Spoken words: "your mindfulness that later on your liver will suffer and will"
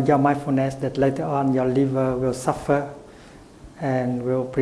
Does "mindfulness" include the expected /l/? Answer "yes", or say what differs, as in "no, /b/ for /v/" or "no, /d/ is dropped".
no, /l/ is dropped